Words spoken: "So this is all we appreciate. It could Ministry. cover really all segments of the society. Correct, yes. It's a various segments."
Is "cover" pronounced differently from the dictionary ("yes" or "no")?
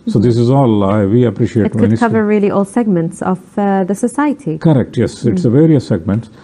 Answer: no